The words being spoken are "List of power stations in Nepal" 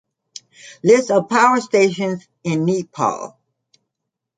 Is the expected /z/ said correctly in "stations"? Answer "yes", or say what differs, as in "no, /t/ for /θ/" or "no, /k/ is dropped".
yes